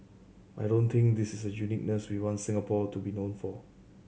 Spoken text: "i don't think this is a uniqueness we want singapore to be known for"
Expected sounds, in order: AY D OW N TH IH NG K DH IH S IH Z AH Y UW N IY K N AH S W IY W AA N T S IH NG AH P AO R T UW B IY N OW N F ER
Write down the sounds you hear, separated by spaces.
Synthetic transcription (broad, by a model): AY D OW N T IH NG K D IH S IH S AH Y UW N IY K N AH S W IY W AA N T S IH NG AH P AO T UW B IY N OW N F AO